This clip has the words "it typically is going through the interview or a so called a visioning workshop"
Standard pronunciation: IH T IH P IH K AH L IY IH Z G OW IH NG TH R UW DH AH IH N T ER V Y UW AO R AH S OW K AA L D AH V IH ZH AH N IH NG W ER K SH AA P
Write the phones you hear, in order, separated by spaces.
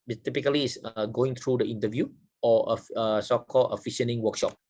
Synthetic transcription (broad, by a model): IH T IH P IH K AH L IY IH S G OW IH NG T R UW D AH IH N T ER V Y UW AO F AH S OW K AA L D AH F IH SH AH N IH NG W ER K SH AA P